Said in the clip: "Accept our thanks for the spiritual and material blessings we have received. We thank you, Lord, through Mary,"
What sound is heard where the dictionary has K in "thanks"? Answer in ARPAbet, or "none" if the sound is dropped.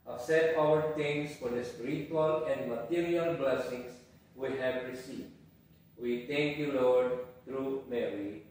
none